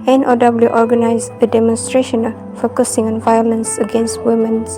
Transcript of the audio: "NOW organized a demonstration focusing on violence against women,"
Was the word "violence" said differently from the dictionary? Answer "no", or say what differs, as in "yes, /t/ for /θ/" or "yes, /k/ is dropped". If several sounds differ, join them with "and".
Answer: no